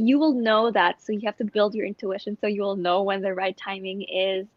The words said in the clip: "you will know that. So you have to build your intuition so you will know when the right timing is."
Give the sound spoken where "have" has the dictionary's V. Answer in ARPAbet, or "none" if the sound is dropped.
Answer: F